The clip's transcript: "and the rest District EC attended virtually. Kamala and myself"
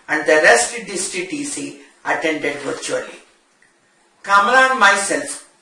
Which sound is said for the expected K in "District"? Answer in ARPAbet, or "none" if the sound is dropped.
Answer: none